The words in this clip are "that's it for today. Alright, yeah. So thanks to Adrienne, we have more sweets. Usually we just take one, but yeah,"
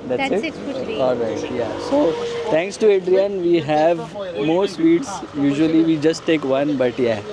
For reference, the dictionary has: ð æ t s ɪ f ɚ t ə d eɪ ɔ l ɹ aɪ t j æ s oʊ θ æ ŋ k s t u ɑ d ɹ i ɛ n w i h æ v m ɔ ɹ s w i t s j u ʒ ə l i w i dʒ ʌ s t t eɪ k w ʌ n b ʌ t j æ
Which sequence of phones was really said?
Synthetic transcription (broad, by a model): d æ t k ɪ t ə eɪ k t j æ s oʊ t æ ŋ k s t u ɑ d ɹ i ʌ n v i h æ v m ɔ ɹ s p i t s j u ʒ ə l i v i dʒ ʌ s t t eɪ k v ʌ n b ʌ t j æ